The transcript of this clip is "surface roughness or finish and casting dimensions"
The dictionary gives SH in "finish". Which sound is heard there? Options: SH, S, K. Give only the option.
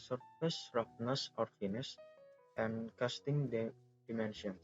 S